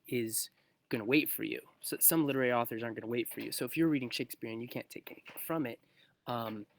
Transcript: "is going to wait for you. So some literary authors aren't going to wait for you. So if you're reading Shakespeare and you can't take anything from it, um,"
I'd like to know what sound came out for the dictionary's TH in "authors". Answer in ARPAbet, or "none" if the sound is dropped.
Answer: TH